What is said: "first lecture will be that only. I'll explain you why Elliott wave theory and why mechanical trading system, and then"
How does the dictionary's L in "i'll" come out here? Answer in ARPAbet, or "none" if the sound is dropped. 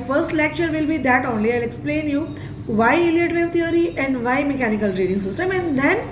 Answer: L